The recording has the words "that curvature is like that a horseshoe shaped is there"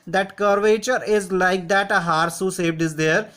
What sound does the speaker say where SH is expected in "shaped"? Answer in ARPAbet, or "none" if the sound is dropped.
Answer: S